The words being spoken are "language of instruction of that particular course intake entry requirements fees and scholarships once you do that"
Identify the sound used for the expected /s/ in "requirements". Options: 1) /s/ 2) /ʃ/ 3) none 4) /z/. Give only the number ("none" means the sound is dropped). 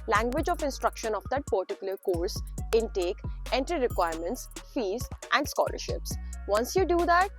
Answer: 1